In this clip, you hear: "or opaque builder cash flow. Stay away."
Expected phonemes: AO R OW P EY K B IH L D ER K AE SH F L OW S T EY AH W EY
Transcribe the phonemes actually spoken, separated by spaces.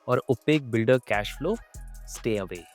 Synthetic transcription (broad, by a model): AO R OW P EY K B IH L D ER K AE SH F L OW S T EY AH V EY